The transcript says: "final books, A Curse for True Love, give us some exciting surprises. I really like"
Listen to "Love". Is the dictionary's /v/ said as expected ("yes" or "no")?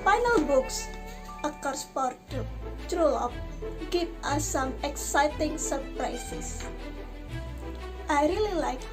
no